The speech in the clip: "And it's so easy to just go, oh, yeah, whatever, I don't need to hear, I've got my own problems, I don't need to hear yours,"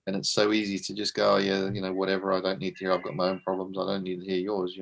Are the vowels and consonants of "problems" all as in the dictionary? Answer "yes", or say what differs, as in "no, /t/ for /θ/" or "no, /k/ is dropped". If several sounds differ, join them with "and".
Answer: yes